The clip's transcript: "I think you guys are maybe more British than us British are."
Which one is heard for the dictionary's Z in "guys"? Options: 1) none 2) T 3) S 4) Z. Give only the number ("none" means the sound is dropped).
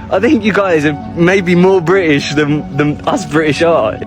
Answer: 4